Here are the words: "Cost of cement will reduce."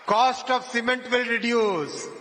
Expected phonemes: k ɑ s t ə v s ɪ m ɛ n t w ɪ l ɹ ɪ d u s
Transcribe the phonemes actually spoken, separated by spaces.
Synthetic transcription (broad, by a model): k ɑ s t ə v s ɪ m ɛ n t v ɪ l ɹ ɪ d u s